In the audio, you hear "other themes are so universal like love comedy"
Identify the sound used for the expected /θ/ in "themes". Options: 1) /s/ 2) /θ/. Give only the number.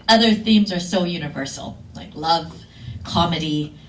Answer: 2